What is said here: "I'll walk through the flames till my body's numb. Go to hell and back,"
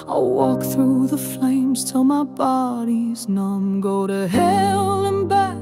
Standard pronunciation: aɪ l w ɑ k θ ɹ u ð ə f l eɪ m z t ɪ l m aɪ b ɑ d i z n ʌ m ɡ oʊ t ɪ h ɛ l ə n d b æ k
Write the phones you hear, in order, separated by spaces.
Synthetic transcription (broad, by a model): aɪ w ɑ k θ ɹ u ð ə f l eɪ m z t ɪ l m aɪ b ɑ d i z n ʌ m ɡ oʊ t ɪ h ɛ l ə n b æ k